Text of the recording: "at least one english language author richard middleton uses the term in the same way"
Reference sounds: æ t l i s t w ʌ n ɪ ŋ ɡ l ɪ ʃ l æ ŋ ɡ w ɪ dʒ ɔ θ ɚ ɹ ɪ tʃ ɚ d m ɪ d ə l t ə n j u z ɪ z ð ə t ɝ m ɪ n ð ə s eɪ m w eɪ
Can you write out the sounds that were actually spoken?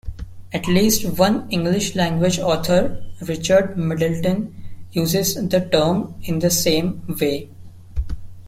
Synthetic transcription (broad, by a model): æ t l i s t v ʌ n ɪ ŋ ɡ l ɪ ʃ l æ ŋ ɡ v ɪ dʒ ɔ t ɚ ɹ ɪ tʃ ɚ d m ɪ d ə l t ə n j u z ɪ z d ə t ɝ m ɪ n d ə s eɪ m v eɪ